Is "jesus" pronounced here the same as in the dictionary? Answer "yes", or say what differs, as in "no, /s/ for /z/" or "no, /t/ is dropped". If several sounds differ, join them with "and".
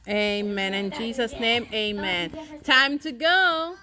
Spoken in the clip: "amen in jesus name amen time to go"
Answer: yes